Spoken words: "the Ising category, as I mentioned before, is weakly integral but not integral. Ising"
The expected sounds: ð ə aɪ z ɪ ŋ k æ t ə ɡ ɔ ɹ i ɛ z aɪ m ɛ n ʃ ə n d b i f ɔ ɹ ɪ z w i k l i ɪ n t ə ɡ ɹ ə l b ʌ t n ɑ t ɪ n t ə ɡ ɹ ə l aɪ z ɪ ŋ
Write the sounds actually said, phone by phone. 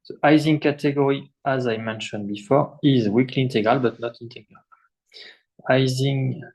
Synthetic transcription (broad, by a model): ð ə aɪ z ɪ ŋ k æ t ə ɡ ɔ ɹ i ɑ z aɪ m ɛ n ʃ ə n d b i f ɔ ɹ ɪ z w i k l i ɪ n t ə ɡ ɹ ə l b ʌ t n ɑ t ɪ n t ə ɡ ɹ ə l aɪ z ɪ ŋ